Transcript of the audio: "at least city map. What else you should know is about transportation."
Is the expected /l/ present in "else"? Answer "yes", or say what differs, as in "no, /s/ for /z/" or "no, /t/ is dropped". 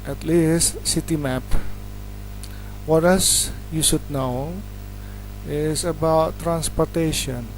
no, /l/ is dropped